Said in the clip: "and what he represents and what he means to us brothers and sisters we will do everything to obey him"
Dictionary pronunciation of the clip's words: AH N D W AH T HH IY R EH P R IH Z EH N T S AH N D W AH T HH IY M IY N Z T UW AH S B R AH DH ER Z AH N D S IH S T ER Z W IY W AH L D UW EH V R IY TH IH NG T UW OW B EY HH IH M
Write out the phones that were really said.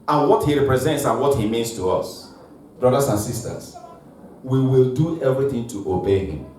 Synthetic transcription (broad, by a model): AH N W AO T HH IY R EH P R IH Z EH N T S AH N W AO T HH IY M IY N S T UW AH S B R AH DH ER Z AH N S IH S T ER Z W IY W AH L D UW EH V R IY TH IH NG T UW OW B EY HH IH M